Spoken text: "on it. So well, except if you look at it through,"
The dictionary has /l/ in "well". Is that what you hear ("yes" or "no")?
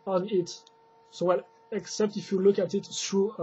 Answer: yes